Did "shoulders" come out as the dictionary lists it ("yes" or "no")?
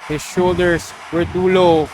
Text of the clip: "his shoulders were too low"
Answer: no